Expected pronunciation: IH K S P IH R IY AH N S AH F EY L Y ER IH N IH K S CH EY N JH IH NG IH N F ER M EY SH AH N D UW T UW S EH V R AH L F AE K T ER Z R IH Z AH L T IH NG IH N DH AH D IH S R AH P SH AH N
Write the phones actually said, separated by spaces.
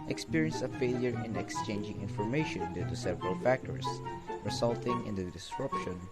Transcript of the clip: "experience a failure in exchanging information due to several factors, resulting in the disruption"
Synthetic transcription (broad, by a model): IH K S P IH R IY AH N S AH F EY L Y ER IH N IH K S CH EY N JH IH NG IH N F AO M EY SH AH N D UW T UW S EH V R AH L F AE K T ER S R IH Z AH L T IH NG IH N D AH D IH S R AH P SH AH N